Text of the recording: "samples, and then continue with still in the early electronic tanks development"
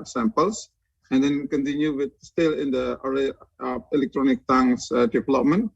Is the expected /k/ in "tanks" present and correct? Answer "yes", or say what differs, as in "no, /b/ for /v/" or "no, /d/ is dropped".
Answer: no, /k/ is dropped